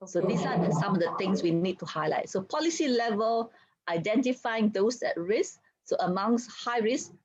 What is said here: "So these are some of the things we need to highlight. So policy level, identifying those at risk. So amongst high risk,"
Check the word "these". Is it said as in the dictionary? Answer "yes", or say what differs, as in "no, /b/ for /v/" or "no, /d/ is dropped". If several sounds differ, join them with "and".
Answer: no, /s/ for /z/